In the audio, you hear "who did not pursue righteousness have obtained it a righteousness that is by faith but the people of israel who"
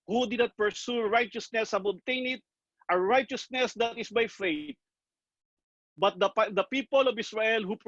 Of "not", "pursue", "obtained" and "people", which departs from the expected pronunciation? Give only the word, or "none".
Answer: obtained